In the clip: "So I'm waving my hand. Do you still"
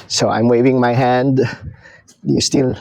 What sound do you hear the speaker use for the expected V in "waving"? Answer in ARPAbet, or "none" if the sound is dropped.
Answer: V